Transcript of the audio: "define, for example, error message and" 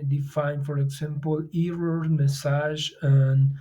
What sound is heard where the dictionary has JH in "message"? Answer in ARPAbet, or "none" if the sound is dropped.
ZH